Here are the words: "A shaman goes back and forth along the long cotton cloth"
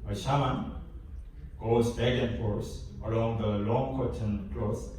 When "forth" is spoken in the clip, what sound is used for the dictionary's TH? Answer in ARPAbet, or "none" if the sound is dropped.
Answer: S